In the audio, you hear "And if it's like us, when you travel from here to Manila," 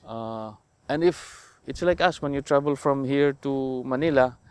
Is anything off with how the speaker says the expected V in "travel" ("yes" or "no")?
yes